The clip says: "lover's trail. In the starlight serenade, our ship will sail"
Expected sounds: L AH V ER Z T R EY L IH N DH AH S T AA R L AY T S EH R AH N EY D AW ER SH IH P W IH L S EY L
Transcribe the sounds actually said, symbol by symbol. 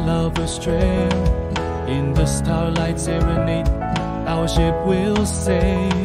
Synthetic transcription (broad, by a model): L AH V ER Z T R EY N IH N DH AH S T AA R L AY T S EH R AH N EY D AW ER SH IH P W IH L S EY